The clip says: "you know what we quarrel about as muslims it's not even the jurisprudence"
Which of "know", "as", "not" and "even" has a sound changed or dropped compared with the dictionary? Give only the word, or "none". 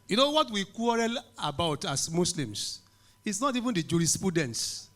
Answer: as